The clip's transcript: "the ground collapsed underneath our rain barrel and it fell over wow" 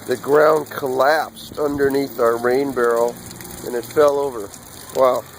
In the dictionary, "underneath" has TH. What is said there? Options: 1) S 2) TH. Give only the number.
2